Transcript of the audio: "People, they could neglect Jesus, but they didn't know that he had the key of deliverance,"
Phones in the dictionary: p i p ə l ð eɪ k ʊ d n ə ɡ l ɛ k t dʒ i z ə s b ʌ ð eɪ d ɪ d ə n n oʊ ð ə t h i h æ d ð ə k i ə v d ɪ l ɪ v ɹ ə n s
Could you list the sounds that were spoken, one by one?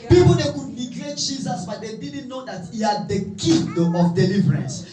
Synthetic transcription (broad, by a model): p i p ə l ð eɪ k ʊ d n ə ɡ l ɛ t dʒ i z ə s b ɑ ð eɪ d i d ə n n oʊ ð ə t h i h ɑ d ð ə k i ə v d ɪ l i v ɹ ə n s